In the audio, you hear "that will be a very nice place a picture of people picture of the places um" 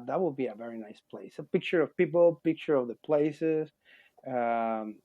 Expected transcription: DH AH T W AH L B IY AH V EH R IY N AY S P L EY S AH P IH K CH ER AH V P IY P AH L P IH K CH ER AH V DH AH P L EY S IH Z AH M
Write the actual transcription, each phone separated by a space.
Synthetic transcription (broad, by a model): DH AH T W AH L B IY AH V EH R IY N AY S P L EY S AH P IH K CH ER AH V P IY P L P IH K CH ER AH V DH AH P L EY S IH Z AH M